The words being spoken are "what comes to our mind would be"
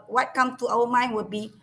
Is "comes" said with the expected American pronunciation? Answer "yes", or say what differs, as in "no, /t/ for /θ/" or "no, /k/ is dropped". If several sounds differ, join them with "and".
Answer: no, /z/ is dropped